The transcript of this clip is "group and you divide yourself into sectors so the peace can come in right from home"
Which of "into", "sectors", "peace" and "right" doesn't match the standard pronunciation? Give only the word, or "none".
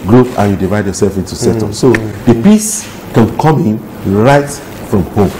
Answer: sectors